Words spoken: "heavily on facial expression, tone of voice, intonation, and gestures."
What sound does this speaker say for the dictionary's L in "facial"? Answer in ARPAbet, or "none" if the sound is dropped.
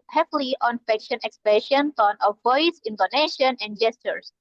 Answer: N